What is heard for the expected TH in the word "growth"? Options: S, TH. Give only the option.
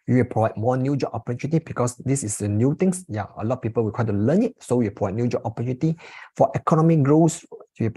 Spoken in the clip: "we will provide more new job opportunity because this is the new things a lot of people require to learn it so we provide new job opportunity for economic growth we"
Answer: S